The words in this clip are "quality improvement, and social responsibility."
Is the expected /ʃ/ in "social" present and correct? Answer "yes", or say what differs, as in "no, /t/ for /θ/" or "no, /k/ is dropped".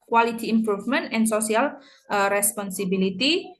no, /s/ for /ʃ/